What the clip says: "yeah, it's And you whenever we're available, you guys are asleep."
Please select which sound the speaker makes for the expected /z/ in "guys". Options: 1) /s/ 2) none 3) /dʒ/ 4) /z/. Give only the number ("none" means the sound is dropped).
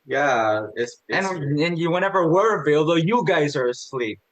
4